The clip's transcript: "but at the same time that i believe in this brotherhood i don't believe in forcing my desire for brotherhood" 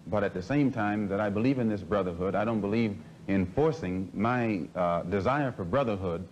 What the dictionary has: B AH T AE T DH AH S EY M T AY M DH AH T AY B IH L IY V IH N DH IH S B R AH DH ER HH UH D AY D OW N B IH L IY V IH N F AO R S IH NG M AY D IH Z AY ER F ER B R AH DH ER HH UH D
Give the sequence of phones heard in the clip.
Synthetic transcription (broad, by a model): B AH T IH T DH AH S EY M T AY M DH AH T AY B IH L IY V IH N DH IH S B R AH DH ER HH UH D AY D OW N B IH L IY V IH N F AO R S IH NG M AY D IH Z AY ER F ER B R AH DH ER HH UH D